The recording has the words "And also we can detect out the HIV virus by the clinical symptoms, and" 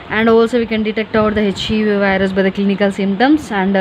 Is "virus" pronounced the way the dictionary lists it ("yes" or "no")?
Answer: yes